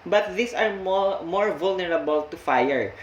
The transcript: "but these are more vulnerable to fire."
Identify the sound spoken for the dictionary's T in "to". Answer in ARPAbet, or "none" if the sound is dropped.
T